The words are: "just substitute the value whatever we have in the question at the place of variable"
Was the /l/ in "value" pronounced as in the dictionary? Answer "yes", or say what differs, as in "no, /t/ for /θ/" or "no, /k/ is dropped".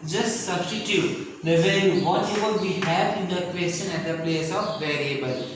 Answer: no, /l/ is dropped